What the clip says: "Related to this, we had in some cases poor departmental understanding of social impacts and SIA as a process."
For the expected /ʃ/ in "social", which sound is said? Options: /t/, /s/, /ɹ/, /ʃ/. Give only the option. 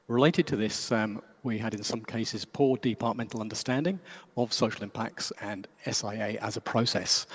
/ʃ/